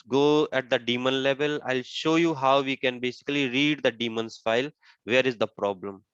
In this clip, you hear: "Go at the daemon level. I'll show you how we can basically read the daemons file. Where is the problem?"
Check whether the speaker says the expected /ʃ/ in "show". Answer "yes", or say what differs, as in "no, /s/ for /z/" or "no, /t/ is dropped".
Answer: yes